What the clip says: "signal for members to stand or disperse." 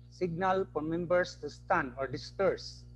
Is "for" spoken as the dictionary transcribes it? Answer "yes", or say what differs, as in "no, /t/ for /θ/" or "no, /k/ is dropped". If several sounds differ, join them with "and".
no, /p/ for /f/